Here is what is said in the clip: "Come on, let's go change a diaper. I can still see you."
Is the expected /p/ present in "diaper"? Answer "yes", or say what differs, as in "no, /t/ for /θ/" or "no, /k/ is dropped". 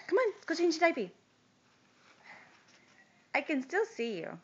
no, /b/ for /p/